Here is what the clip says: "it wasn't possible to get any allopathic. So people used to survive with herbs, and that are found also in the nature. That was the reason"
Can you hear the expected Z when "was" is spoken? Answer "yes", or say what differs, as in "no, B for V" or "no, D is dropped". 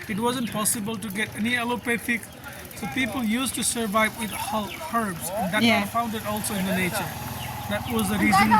yes